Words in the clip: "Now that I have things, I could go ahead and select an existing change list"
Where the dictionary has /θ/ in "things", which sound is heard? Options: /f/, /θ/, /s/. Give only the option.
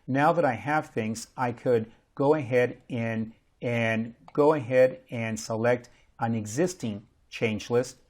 /θ/